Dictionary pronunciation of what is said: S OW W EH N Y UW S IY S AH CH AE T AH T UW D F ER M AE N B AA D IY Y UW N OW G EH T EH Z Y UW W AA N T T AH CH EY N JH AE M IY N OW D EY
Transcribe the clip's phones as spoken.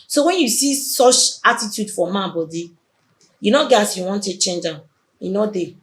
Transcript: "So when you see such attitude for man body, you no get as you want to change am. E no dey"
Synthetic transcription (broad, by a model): S OW W EH N Y UW S IY S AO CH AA T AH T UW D F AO M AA B AA D IY Y UW N OW G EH AA S Y UW W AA N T T AH CH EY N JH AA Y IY N OW D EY